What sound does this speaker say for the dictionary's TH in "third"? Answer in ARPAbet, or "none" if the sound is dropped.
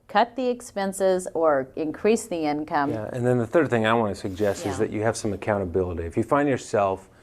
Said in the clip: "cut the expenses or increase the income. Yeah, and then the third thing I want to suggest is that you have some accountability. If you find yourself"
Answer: TH